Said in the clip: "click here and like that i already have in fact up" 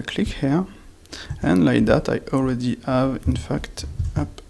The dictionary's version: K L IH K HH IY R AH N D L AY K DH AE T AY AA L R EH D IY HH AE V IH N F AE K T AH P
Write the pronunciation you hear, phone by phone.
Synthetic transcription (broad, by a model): K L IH K HH IY R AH N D L AY K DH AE T AY AA L R EH D IY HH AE V IH N F AE K T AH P